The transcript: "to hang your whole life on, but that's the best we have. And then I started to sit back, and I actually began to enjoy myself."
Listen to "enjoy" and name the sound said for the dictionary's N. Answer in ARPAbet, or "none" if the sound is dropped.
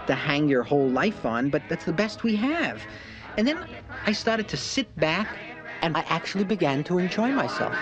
N